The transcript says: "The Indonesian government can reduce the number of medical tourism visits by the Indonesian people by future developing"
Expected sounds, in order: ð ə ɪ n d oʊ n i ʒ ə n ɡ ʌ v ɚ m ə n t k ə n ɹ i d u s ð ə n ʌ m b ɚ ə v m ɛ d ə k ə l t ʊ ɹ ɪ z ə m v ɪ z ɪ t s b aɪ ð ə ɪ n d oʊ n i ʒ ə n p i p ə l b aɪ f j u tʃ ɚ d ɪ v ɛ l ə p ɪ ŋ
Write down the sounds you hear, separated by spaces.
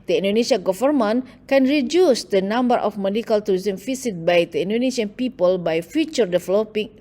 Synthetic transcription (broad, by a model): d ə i n d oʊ n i s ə ɡ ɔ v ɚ m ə n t k ə n ɹ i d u s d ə n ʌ m b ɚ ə f m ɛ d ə k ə l t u ɹ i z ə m f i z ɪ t b aɪ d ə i n d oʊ n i s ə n p i p ə l b aɪ f j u tʃ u d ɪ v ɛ l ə p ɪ ŋ